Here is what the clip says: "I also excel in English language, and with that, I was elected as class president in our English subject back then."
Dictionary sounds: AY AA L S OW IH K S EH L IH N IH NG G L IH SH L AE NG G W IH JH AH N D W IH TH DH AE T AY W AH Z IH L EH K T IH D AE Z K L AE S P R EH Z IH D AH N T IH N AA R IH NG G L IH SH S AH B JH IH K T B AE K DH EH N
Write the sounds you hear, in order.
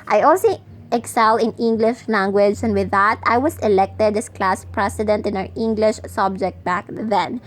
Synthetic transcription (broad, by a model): AY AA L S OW IH K S EH L IH N IH NG G L IH SH L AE NG G W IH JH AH N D W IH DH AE T AY W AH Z IH L EH K T IH D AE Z K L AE S P R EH S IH D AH N T IH N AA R IH NG G L IH SH S AH B JH IH K T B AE K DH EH N